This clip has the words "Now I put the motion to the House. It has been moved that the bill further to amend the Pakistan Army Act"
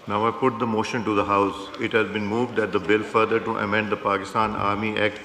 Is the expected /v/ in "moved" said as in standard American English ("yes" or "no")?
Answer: yes